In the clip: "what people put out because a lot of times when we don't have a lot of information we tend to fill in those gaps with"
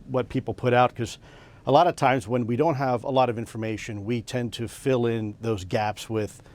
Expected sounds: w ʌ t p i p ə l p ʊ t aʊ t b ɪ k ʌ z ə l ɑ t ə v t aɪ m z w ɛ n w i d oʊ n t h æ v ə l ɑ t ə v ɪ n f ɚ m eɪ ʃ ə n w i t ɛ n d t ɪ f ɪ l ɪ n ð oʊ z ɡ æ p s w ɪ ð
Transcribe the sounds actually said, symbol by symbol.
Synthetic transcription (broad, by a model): w ʌ t p i p l p ʊ t aʊ t k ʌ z ə l ɑ t ə v t aɪ m z w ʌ n w i d oʊ n t h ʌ v ə l ɑ t ə v ɪ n f ɚ m eɪ ʃ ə n w i t ɛ n t ɪ f ɪ l ɪ n ð oʊ z ɡ æ p s w ɪ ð